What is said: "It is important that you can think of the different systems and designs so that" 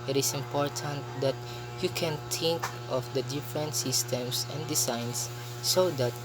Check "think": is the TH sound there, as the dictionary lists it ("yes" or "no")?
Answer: no